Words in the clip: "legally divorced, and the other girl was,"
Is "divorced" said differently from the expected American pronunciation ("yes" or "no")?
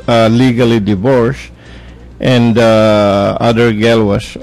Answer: no